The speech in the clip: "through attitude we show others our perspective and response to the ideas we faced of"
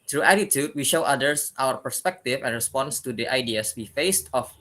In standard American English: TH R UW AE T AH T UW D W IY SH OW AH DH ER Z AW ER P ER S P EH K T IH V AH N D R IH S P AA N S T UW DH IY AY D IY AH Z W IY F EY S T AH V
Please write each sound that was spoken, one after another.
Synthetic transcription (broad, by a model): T R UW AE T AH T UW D W IY SH OW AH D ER S AW ER P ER S P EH K T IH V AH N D R IH S P AA N S T UW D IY AY D IY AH S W IY F EY S T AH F